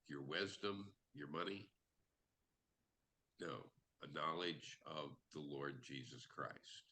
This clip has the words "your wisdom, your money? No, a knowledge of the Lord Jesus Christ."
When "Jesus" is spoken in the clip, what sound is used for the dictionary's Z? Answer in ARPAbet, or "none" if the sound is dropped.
Z